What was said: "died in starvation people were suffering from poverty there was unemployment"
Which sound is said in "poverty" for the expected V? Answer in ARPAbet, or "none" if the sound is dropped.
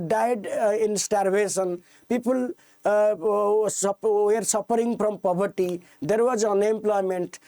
B